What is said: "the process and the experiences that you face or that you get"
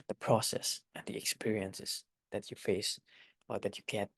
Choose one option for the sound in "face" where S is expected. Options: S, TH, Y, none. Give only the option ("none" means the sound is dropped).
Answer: S